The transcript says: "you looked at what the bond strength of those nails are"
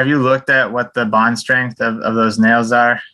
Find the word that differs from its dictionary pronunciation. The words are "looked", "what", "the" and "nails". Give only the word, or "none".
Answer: none